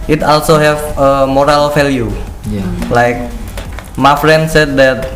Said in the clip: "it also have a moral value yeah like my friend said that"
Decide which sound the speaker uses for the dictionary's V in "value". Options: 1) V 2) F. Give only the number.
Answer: 2